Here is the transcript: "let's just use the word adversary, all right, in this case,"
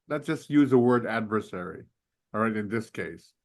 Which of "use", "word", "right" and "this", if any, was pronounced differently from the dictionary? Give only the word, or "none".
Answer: none